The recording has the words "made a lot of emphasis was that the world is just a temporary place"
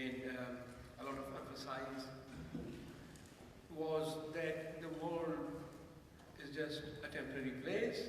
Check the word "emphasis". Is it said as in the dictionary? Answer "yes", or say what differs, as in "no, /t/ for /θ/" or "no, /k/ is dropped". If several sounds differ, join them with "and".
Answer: no, /m/ is dropped